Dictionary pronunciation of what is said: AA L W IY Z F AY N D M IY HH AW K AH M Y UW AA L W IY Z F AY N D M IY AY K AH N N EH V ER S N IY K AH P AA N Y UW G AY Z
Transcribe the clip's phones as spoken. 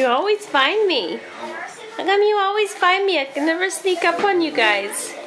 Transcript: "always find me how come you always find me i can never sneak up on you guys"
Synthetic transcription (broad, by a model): AA L W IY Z F AY N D M IY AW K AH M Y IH AA L W IY Z F AY N D M IY AY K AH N N EH V ER S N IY K AH P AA N Y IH G AY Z